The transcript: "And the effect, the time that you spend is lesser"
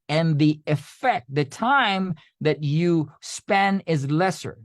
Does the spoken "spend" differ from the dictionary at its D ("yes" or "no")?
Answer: yes